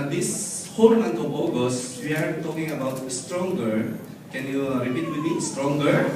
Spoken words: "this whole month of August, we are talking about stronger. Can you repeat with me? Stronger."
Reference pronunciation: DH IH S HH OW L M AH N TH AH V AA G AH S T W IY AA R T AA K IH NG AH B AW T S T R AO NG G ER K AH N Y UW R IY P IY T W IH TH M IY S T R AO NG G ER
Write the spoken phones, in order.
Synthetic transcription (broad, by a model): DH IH S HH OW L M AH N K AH B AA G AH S W IY AA R T AA K IH NG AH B AW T S T R AO NG G ER K AH N Y UW R IY P IY T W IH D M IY S T R AO NG G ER